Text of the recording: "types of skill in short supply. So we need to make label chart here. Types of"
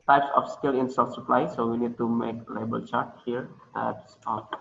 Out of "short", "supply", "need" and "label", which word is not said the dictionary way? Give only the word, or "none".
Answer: short